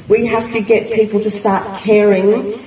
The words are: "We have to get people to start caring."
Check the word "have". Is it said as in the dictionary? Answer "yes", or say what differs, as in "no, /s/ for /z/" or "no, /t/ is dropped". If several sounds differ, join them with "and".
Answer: no, /f/ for /v/